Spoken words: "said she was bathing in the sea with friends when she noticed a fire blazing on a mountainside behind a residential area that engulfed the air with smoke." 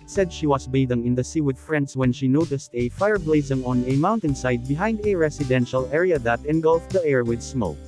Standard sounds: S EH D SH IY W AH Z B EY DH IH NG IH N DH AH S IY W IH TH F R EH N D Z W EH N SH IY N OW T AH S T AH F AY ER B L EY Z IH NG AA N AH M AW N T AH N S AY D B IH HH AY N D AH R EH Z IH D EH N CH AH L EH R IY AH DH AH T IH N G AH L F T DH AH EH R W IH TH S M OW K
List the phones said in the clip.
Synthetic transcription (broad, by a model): S EH D SH IY W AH S B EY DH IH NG IH N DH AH S IY W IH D F R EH N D S W EH N SH IY N OW T AH S T AH F AY ER B L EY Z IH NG AA N AH M AW N T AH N S AY D B IH HH AY N D AH R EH S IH D EH N SH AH L EH R IY AH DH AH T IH N G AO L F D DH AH EH R W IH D S M OW K